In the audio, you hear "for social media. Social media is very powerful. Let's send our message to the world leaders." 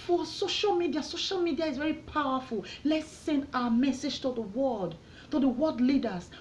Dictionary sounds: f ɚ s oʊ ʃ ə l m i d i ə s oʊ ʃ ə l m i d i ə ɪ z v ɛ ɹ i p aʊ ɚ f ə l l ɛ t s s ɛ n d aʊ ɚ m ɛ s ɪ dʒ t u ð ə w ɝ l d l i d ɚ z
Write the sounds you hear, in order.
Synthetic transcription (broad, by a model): f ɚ s oʊ ʃ ə l m i d i ə s oʊ ʃ ə l m i d i ə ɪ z v ɛ ɹ i p aʊ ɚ f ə l l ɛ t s s ɛ n d aʊ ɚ m ɛ s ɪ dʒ t u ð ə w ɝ w d l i d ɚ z